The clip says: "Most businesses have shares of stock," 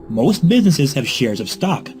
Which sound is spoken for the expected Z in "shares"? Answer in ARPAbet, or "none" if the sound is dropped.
Z